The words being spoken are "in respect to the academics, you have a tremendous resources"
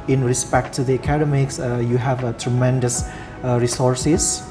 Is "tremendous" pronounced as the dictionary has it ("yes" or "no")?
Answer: yes